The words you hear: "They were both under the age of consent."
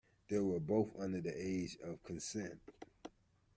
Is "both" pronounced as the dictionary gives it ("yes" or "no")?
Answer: yes